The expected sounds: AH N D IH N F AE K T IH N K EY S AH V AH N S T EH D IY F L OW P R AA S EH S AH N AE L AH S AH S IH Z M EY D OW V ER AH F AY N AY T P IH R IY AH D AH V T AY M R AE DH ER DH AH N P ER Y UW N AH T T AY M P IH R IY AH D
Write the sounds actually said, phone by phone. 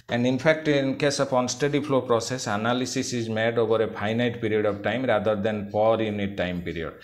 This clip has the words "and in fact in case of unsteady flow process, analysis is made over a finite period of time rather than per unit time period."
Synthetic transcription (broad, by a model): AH N D IH N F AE K T IH N K EY S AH P AH N S T EH D IY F L OW P R AA S EH S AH N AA L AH S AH S IH Z M EY D OW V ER AH P AY N AY T P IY R IY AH D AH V T AY M R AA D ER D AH N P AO Y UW N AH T T AY M P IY R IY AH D